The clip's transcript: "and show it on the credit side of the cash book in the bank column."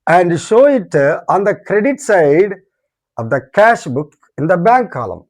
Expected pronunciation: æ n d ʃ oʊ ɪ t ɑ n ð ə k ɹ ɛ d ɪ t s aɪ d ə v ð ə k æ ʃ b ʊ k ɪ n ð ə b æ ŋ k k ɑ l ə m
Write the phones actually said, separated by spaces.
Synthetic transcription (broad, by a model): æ n d ʃ oʊ ɪ t ɑ n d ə k ɹ ɛ d ɪ t s aɪ d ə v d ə k æ ʃ b ʊ k ɪ n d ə b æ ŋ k k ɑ l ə m